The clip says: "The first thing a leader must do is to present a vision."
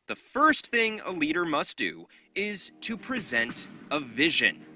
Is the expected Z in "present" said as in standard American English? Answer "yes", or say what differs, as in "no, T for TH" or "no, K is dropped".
yes